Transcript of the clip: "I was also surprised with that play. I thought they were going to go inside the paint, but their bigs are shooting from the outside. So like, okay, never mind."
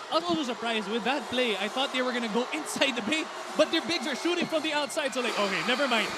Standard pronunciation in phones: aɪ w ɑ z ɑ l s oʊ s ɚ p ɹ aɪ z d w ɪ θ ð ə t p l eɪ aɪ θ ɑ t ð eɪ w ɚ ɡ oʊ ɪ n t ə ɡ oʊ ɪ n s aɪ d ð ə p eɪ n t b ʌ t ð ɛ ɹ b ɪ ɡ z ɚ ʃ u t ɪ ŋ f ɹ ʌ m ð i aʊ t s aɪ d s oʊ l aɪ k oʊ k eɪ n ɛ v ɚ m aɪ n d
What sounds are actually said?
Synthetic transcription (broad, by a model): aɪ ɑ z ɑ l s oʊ s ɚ p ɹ aɪ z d w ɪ ð ə t p l eɪ aɪ θ ɑ t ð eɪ w ɚ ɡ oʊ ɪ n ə ɡ oʊ ɪ n s aɪ d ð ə b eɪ t b ʌ t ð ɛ ɹ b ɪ ɡ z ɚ ʃ u t ɪ ŋ f ɹ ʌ m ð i aʊ t s aɪ d s oʊ l aɪ k oʊ k eɪ n ɛ v ɚ m aɪ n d